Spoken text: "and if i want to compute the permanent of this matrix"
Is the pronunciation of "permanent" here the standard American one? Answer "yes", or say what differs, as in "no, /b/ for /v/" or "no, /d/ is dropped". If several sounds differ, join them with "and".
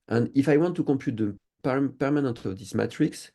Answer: yes